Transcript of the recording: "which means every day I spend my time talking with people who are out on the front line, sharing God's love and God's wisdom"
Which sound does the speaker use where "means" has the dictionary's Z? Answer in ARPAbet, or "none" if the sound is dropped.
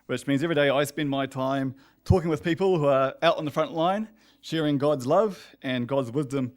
Z